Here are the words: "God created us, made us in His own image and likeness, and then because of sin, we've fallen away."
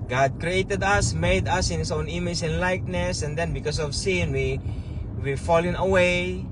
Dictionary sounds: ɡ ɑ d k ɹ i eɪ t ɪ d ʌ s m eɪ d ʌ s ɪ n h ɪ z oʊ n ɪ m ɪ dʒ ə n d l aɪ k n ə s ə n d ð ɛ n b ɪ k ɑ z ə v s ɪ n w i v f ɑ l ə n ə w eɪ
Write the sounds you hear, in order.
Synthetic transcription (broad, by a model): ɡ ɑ d k ɹ i eɪ t ɪ d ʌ s m eɪ d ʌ s ɪ n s oʊ n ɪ m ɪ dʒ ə n l aɪ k n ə s ə n d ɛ n b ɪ k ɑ s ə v s ɪ n w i w f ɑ l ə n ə w eɪ